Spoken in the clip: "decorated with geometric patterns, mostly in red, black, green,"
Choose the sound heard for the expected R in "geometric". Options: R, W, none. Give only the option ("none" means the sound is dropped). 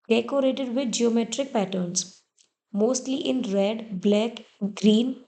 R